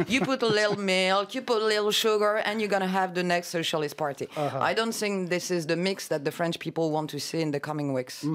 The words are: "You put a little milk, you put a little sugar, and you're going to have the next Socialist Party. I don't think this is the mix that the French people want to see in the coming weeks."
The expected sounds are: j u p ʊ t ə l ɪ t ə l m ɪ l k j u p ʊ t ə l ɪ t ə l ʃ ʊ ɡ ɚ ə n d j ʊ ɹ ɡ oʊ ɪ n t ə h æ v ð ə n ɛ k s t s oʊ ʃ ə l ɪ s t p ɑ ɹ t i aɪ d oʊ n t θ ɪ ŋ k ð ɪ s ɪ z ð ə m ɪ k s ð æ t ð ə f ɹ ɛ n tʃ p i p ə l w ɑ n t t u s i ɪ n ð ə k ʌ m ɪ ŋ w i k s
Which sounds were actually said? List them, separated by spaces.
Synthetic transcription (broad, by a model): j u p ʊ t ə l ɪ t l m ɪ l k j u p ʊ t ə l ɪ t l ʃ ʊ ɡ ɚ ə n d j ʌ ɹ ɡ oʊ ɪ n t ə h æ v ð ə n ɛ k s t s oʊ ʃ ə l ɪ s t p ɑ ɹ t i aɪ d oʊ n t θ ɪ ŋ k ð ɪ s ɪ z ð ə m ɪ k s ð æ t ð ə f ɹ ɛ n tʃ p i p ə l w ɑ n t t u s i ɪ n ð ə k ʌ m ɪ ŋ w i k s